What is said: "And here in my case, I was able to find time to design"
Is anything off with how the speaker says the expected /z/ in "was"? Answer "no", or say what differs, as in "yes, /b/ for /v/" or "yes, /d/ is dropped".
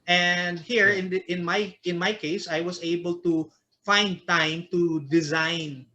yes, /s/ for /z/